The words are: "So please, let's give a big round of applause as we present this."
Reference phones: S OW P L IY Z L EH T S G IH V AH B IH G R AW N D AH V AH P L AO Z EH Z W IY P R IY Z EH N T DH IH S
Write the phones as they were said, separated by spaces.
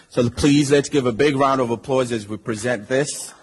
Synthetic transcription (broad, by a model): S OW P L IY Z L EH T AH G IH V AH B IH G R AW N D AH V AH P L AO Z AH Z W IY P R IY Z EH N DH IH S